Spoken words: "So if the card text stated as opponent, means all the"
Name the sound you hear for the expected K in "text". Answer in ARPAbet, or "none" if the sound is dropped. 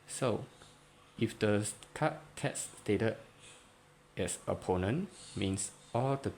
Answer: none